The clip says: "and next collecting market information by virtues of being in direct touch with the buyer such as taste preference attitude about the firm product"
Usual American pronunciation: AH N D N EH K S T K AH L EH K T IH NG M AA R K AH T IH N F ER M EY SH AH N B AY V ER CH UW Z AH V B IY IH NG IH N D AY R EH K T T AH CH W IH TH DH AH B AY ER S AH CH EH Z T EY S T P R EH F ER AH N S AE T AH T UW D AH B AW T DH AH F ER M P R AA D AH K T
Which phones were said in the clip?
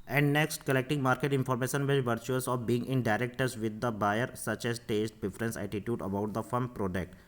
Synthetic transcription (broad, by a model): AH N D N EH K S T K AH L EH K T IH NG M AA R K AH T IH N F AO M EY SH AH N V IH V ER CH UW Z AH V B IY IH NG IH N D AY R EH K T T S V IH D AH B AY ER S AH CH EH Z T EY S T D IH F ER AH N S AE T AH T UW D AH B AW T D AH F ER M P R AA D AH K T